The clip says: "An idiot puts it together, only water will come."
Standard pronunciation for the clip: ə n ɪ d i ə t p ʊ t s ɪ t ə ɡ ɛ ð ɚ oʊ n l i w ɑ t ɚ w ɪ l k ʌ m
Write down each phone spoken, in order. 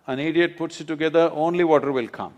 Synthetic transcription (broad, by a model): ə n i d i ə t p ʊ t s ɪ t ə ɡ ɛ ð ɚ oʊ n l i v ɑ t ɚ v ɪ l k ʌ m